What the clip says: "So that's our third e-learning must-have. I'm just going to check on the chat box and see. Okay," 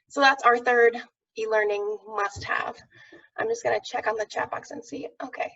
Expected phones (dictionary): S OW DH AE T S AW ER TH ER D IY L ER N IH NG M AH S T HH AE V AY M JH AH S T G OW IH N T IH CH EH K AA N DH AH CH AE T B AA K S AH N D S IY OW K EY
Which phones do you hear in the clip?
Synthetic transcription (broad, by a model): S OW DH AE T S AW ER TH ER D IY L ER N IH NG M AH S T HH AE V AY M JH AH S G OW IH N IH CH EH K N DH AH CH AE T B AA K S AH N S IY OW K EY